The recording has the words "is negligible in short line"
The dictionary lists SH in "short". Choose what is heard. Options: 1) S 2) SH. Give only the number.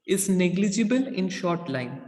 2